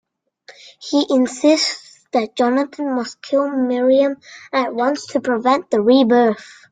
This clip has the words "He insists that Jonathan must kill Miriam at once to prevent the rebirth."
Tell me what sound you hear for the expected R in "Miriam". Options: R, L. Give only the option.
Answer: R